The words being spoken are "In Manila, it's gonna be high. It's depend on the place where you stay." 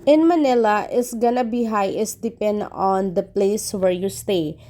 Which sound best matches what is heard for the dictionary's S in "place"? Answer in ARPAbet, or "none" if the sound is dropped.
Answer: S